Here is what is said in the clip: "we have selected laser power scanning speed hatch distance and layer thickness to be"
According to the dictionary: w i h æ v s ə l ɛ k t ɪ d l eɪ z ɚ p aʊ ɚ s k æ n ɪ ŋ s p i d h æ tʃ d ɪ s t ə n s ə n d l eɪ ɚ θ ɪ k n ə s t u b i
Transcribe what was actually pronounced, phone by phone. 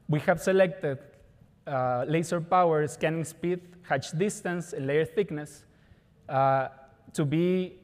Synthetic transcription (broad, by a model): w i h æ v s ə l ɛ k t ɪ d l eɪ s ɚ p aʊ ɚ s k æ n ɪ ŋ s p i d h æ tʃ d ɪ s t ə n s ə n l eɪ ɚ θ ɪ k n ə s t u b i